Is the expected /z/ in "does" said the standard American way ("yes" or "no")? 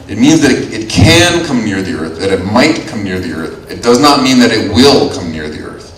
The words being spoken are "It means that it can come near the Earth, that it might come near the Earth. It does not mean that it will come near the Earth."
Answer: yes